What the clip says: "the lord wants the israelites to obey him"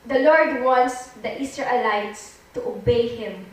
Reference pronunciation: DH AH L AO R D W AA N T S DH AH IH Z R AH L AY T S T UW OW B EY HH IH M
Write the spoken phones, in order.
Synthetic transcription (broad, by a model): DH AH L AO R D W AA N T S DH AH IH S R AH L AY T S T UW OW B EY HH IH M